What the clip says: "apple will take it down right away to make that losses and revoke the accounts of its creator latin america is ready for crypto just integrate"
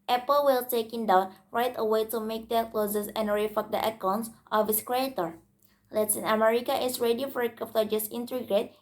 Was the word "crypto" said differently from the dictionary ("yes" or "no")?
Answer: yes